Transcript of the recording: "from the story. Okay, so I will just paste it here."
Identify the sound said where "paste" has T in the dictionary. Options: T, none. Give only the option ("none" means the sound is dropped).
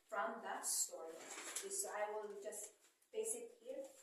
none